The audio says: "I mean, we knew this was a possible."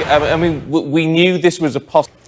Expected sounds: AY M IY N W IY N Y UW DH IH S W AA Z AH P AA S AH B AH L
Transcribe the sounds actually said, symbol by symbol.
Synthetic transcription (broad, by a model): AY M IY N W IY N Y UW DH IH S W AA Z AH P AA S